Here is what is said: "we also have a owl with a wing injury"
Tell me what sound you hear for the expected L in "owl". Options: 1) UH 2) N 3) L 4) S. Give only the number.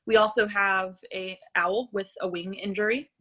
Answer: 3